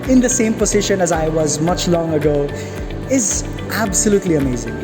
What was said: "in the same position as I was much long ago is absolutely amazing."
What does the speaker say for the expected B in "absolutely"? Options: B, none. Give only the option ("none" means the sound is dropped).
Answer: B